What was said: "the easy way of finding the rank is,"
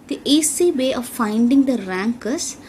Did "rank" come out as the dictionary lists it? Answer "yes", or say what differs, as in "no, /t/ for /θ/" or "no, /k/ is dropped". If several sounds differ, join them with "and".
yes